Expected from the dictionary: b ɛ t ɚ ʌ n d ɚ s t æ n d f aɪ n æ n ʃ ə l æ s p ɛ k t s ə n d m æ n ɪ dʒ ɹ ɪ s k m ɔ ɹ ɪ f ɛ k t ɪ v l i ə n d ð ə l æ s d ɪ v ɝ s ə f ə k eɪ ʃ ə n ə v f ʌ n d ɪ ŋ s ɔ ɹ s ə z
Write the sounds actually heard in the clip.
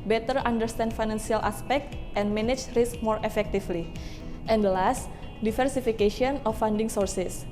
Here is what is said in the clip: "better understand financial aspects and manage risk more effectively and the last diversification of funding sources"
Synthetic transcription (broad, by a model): b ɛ t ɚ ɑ n d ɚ s t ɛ n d f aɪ n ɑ n s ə l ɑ s p ɛ k t ə n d m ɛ n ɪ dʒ ɹ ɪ s k m ɔ ɹ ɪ f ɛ k t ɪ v l i ə n d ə l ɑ s d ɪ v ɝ s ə f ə k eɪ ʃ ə n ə f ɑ n d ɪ ŋ s ɔ ɹ s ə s